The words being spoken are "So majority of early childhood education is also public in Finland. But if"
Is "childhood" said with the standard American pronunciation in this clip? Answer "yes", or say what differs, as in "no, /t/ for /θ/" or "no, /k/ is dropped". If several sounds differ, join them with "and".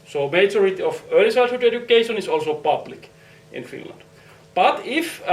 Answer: no, /s/ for /tʃ/ and /l/ is dropped